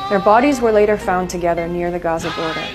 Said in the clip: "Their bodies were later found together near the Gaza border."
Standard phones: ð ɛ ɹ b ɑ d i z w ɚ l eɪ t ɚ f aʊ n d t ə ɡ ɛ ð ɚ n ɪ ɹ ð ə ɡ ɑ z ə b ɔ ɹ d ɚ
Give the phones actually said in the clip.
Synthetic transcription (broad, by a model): ð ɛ ɹ b ɑ d i z w ɚ l eɪ t ɚ f aʊ n t ə ɡ ɛ ð ɚ n ɪ ɹ ð ə ɡ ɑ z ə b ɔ ɹ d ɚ